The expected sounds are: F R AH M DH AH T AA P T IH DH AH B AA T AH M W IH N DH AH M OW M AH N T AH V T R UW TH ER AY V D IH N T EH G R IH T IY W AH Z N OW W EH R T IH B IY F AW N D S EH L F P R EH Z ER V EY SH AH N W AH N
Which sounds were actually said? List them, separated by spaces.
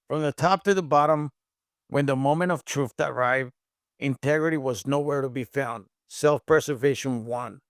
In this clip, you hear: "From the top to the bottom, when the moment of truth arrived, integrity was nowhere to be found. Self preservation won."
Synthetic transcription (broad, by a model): F R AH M DH AH T AA P T IH DH AH B AA T AH M W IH N DH AH M OW M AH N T AH V T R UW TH ER AY V D IH N T EH G R IH T IY W AH Z N OW W EH R T IH B IY F AW N D S EH L F P R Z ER V EY SH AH N W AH N